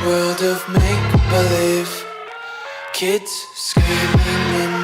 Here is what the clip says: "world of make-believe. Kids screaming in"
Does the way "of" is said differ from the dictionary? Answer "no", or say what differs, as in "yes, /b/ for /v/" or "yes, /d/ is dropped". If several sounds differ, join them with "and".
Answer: no